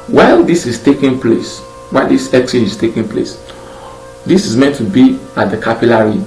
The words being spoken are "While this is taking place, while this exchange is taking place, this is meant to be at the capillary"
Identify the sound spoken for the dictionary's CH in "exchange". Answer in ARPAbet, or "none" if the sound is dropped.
none